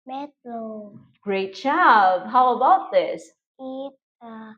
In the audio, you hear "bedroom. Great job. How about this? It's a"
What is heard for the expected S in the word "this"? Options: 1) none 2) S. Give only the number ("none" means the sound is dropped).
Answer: 2